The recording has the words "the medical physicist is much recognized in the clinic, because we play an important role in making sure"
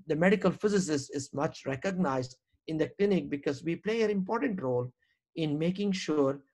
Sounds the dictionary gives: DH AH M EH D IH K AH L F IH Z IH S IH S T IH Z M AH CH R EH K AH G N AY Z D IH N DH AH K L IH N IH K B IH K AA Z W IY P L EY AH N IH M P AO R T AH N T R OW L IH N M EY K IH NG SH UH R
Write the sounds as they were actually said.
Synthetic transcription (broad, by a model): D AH M EH D IH K AH L F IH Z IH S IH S IH Z M AH CH R EH K AH G N AY Z D IH N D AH K L IH N IH K B IH K AA Z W IY P L EY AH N IH M P AO R T AH N T R OW L IH N M EY K IH NG SH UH R